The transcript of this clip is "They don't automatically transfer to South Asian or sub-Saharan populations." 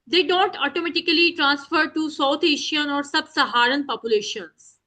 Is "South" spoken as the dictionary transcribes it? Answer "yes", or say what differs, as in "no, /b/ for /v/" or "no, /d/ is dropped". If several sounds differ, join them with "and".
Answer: no, /t/ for /θ/